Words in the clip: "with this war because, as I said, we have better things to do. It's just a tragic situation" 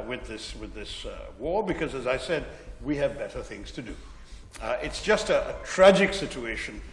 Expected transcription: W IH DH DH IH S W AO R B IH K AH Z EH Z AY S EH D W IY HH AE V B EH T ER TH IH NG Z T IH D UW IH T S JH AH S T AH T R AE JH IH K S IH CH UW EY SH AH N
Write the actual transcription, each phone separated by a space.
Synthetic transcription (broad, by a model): W IH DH DH IH S W AO R B IH K AH Z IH Z AY S EH D W IY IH V B EH T ER TH IH NG Z T IH D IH IH T S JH AH S T AH T R AE JH IH K S IH CH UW EY SH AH N